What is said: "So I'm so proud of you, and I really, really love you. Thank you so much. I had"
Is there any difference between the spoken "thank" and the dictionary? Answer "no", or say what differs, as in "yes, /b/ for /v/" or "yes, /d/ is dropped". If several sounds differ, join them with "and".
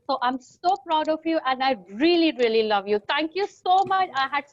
yes, /t/ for /θ/